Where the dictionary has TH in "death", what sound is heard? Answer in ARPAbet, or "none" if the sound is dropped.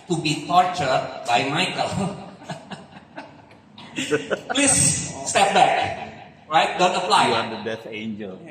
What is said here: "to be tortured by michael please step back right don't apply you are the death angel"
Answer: S